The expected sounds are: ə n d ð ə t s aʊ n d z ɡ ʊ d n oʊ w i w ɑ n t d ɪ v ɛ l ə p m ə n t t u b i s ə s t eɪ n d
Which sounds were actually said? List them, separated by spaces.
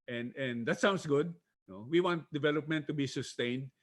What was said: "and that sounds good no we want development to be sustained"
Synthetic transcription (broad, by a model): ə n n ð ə t s aʊ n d s ɡ ʊ d n oʊ w i w ɑ n t d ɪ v ɛ l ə p m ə n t t u b i s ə s t eɪ n d